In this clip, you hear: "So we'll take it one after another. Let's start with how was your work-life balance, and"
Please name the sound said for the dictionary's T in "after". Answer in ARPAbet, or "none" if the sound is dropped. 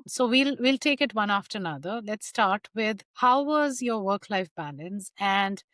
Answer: T